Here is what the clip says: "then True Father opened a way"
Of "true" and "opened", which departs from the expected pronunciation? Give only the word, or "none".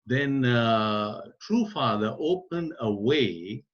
none